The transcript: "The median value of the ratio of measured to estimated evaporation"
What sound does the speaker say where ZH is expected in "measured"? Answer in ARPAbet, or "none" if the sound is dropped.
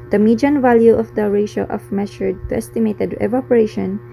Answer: SH